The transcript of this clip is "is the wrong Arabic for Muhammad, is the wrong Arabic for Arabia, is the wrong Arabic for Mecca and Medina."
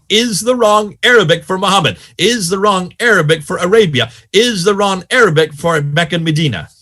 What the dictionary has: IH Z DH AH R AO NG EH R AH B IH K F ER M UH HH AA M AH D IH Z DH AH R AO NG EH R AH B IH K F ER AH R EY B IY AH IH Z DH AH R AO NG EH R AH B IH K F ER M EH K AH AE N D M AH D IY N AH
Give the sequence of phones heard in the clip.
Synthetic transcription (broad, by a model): IH Z DH AH R AO NG EH R AH B IH K F ER M UH HH AA M AH D IH Z DH AH R AO NG EH R AH B IH K F ER AH R EY B IY AH IH Z DH AH R AO NG EH R AH B IH K F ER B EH K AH N M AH D IY N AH